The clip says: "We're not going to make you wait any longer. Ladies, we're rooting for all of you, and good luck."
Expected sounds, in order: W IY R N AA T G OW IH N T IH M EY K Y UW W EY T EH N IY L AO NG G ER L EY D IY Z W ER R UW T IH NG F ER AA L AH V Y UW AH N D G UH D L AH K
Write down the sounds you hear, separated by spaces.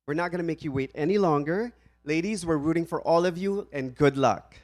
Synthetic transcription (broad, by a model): W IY R N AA T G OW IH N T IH M EY K Y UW W EY T EH N IY L AO NG G ER L EY D IY Z W ER R UW T IH NG F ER AA L AH V Y UW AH N G UH D L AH K